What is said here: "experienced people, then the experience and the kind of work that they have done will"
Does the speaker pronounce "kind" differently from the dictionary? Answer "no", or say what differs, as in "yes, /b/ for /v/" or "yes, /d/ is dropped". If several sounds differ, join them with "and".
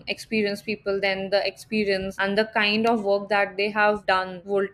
no